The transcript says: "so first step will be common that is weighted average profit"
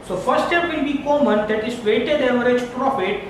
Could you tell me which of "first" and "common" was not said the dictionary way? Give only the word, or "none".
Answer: first